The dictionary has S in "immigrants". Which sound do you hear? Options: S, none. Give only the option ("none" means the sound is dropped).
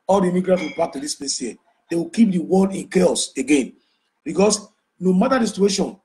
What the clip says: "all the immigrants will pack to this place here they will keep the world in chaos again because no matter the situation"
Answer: none